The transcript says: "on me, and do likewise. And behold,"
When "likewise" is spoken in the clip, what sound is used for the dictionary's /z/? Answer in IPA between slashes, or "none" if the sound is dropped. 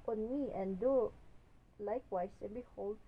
/s/